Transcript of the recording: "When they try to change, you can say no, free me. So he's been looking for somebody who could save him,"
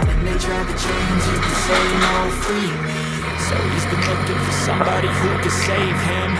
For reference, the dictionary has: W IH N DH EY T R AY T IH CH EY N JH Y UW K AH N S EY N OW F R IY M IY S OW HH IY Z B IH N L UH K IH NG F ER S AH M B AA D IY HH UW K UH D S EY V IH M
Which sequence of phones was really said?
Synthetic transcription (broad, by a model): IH N DH EY T R AY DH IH CH EY N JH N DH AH S EY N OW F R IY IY S OW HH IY Z B IH N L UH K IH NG F ER S AH M B AA D IY HH UW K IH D S EY V IH M